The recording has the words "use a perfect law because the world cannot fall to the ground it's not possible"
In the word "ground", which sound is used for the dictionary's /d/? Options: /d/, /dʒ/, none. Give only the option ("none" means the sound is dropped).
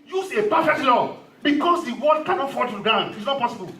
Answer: none